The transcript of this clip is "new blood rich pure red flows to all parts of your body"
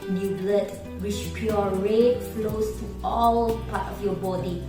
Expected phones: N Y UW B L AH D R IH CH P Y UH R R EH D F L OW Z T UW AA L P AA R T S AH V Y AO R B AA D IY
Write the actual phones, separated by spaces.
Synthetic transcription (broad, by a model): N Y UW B L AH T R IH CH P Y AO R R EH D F L OW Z T UW AA L P AA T AH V Y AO B AA D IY